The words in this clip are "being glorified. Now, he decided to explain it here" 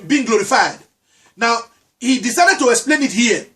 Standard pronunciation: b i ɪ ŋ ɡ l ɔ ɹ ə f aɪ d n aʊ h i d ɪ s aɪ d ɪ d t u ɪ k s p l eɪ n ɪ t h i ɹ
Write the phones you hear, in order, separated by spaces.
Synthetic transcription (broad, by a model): b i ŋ ɡ l ɔ ɹ ə f aɪ d n aʊ h i d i s aɪ d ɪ d t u ɪ k s p l eɪ n ɪ t h i